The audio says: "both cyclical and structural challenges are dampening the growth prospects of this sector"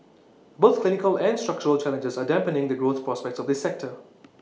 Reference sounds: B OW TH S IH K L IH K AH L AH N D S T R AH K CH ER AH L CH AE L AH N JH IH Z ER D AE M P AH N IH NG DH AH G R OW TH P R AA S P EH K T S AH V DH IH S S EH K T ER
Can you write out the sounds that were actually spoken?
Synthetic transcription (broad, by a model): B OW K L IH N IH K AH L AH N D S T R AH K CH ER AH L CH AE L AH N JH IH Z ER D AE M P AH N IH NG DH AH G R OW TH P R AA S P EH K T S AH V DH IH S S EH K T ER